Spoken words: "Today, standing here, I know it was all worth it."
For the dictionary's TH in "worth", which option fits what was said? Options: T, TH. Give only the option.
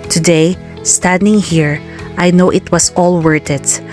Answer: T